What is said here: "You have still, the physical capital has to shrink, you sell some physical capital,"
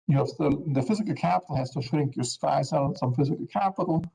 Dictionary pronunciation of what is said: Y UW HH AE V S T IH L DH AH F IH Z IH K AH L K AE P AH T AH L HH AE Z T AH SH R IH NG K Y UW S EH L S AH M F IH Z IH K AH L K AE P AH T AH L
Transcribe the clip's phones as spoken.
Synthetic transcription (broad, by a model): Y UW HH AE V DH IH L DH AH F IH Z IH K AH L K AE P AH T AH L HH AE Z T AH SH R IH NG K Y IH S EH L S AH M F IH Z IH K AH L K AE P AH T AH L